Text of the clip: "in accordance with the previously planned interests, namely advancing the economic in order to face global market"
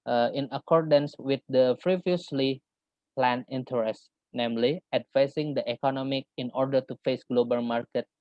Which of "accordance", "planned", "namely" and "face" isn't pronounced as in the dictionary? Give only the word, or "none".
planned